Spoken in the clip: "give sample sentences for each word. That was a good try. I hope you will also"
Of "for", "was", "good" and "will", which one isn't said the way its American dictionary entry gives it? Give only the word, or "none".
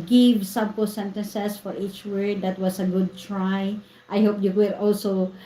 was